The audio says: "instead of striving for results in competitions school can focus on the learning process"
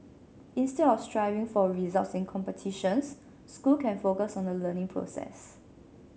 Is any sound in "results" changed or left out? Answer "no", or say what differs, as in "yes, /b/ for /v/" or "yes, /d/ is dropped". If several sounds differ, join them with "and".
no